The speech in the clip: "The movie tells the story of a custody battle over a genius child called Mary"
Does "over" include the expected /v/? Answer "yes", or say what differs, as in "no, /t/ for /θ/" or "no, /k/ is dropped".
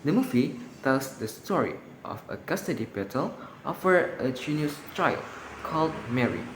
no, /f/ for /v/